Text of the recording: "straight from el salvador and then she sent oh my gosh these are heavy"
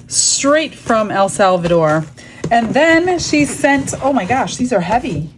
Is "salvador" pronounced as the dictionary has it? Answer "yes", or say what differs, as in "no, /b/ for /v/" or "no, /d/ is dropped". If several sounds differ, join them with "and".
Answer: yes